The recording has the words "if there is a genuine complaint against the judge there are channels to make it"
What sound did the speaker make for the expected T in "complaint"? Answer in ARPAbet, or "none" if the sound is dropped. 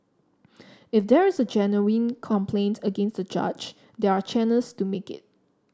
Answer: T